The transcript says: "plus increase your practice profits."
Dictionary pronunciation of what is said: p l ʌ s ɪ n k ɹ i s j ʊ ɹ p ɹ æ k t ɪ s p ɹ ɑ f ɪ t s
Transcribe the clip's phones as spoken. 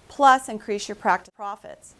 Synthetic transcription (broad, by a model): p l ʌ s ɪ n k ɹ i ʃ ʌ ɹ p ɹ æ k t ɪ p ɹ ɑ f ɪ t s